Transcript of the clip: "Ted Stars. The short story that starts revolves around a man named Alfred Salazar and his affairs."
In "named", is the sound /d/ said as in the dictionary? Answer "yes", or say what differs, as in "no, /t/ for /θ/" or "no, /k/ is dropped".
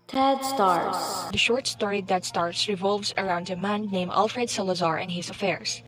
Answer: no, /d/ is dropped